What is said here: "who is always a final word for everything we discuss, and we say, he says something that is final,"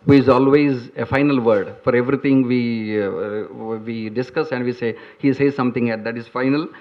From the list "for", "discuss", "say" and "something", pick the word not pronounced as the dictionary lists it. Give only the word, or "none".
something